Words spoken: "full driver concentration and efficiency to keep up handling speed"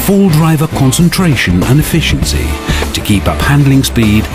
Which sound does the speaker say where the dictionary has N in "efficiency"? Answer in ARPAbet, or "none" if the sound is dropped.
N